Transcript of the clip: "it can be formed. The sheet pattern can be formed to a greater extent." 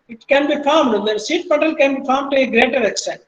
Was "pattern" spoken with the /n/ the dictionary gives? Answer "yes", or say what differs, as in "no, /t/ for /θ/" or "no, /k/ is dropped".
no, /l/ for /n/